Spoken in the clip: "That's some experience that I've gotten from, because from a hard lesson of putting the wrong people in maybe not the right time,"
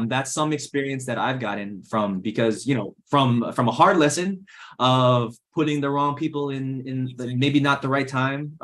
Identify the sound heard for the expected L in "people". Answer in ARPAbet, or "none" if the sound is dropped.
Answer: N